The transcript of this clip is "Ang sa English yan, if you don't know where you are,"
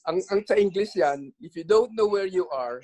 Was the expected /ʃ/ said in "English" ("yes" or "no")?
no